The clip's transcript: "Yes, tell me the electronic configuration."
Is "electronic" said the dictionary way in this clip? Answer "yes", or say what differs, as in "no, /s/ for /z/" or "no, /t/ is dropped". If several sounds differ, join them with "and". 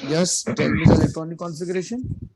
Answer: no, /ɹ/ is dropped